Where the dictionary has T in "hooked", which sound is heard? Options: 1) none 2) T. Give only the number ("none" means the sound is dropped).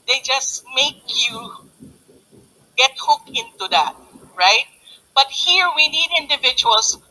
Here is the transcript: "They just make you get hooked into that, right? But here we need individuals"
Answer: 1